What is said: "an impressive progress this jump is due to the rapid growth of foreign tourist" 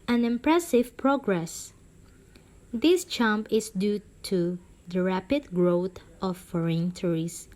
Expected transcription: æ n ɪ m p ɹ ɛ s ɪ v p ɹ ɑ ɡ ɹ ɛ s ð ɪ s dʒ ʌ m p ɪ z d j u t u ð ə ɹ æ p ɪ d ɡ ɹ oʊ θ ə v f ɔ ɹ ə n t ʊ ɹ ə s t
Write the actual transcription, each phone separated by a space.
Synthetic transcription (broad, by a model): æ n ɪ m p ɹ ɛ s ɪ v p ɹ ɑ ɡ ɹ ɛ s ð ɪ s tʃ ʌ m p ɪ s d j u t u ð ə ɹ æ p ɪ d ɡ ɹ oʊ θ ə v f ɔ ɹ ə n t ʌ ɹ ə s